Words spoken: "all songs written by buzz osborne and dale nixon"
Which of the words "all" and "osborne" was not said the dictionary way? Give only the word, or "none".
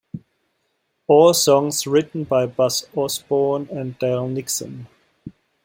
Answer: osborne